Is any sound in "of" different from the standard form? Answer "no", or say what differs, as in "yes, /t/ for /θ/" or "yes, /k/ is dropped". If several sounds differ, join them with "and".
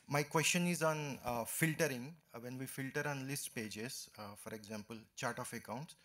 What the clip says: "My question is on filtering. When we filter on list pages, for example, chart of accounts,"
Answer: yes, /f/ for /v/